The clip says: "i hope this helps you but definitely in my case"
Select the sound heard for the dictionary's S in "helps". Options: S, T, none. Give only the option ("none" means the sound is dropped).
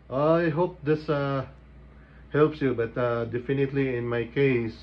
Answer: S